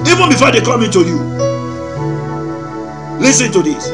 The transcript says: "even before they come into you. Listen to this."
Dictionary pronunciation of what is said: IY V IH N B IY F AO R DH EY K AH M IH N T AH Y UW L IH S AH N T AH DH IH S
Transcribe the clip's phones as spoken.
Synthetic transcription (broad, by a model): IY V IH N B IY F AO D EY K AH M IH N T AH Y UW L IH S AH N T AH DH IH S